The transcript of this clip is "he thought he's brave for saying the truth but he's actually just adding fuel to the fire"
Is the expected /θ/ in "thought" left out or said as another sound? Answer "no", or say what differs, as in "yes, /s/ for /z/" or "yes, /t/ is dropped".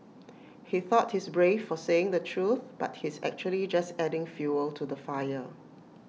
no